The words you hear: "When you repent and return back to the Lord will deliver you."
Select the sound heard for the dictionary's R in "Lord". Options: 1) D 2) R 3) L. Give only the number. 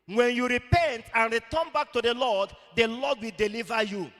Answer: 3